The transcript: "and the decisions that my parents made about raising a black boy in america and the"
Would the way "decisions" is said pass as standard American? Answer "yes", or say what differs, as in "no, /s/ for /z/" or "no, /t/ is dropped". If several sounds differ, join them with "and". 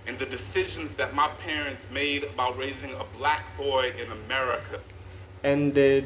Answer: yes